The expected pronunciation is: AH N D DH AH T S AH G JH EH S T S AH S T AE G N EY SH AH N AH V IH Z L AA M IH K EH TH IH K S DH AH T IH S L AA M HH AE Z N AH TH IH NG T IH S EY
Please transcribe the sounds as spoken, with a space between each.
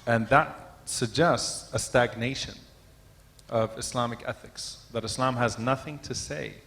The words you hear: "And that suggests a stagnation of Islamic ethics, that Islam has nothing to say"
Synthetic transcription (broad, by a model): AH N DH AH T S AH G JH EH S T S AH S T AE G N EY SH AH N AH V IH S L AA M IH K EH TH IH K S DH AH T IH S L AA M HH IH Z N AH TH IH NG T IH S EY